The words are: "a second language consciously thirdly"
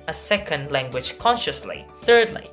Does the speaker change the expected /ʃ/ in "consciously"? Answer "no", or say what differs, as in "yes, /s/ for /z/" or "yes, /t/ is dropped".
no